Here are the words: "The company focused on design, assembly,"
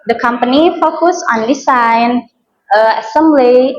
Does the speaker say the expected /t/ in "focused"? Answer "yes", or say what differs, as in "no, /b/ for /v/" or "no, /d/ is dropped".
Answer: no, /t/ is dropped